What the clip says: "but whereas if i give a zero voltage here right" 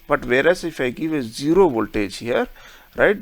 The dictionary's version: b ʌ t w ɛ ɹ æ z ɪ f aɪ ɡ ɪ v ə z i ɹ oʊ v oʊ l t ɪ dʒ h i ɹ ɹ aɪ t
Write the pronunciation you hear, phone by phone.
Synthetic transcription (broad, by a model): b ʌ t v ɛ ɹ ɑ s ɪ f aɪ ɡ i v ə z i ɹ oʊ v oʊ l t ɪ tʃ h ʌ ɹ ɹ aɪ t